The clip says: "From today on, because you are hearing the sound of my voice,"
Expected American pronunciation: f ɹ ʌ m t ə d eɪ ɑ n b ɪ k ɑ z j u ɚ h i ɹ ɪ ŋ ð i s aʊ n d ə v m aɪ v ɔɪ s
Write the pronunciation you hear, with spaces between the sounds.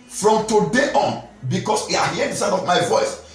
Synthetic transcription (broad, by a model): f ɹ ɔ m t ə d eɪ ɑ n b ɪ k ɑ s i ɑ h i ɪ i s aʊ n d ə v m aɪ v ɔɪ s